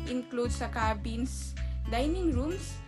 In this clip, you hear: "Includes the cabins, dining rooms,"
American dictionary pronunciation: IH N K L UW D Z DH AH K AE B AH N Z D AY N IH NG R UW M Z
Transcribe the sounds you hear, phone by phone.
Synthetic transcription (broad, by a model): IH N K L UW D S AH K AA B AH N S D AY N IH NG R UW M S